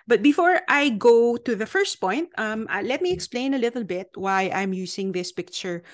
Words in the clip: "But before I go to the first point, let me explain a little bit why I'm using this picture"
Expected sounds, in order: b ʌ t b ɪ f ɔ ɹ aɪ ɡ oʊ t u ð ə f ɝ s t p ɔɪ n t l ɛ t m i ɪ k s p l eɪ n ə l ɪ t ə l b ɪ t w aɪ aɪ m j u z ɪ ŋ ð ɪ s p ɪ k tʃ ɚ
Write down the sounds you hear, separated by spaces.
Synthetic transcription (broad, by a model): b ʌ t b ɪ f ɔ ɹ aɪ ɡ oʊ t u ð ə f ɝ s t p ɔɪ n t l ɛ t m i ɪ k s p l eɪ n ə l ɪ t ə l b ɪ t w aɪ aɪ m j u s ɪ ŋ ð ɪ s p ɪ k tʃ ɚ